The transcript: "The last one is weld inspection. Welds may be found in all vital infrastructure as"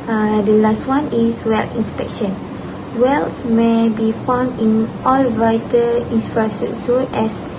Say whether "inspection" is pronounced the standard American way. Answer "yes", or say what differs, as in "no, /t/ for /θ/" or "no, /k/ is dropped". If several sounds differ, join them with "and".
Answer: yes